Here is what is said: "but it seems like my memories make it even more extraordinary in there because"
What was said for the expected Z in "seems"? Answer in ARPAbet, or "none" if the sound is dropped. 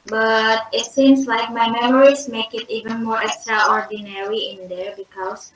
S